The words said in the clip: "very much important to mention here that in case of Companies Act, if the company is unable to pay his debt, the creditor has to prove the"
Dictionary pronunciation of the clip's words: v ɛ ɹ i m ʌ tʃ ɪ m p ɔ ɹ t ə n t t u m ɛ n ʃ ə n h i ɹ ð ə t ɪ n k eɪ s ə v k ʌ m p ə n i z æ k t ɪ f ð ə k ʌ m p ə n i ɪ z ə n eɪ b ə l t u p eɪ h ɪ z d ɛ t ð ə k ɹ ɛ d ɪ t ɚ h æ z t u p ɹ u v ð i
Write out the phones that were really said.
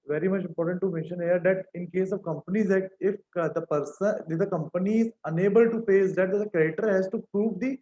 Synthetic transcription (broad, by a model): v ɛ ɹ i m ʌ tʃ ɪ m p ɔ ɹ t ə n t t u m ɛ n ʃ ə n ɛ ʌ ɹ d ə t ɪ n k eɪ s ə v k ʌ m p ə n i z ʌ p t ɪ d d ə k ʌ m p ə n i ɪ z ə n eɪ b ə l t u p eɪ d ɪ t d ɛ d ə k ɛ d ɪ t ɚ h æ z t u p ɹ u v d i